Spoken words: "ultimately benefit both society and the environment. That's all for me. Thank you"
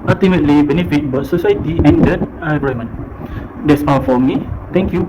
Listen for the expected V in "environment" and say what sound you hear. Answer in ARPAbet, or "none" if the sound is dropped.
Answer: none